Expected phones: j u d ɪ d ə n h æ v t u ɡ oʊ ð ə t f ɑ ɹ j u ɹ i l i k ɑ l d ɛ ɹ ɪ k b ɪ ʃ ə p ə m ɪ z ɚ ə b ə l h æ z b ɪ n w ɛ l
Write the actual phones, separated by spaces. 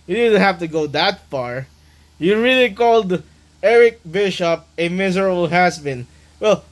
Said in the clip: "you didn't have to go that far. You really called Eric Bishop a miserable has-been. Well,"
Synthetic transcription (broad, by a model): j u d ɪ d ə n h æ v t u ɡ oʊ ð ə t f ɑ ɹ j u ɹ i l i k ɑ l d ɛ ɹ ɪ k b ɪ ʃ ə p ə m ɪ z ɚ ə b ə l h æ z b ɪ n w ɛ l